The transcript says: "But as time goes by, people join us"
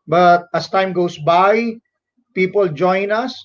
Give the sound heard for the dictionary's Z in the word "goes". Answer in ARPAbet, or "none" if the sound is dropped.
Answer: S